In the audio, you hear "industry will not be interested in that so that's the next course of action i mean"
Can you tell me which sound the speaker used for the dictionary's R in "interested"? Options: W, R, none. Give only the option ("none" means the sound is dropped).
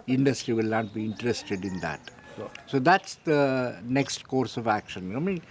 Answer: R